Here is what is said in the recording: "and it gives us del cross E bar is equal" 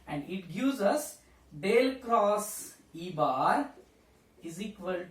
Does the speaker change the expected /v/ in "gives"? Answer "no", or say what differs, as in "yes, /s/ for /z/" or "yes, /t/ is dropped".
yes, /v/ is dropped